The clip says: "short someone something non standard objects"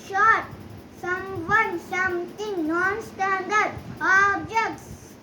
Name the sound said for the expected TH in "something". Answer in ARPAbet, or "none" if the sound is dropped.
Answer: T